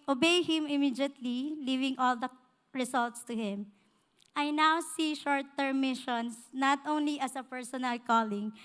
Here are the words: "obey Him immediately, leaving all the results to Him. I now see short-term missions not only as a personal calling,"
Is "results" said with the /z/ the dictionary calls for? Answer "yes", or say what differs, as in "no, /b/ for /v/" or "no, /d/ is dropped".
no, /s/ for /z/